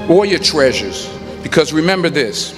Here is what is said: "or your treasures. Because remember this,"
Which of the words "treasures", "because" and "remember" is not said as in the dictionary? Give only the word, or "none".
none